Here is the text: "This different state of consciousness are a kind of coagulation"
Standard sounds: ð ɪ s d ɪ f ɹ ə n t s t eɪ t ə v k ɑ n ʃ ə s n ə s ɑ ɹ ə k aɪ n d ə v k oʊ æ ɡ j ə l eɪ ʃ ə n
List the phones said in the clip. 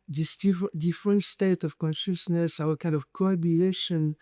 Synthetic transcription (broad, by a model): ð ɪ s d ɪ f ɹ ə n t s t eɪ t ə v k ɑ n ʃ ə s n ə s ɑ w ə k aɪ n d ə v k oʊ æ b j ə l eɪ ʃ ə n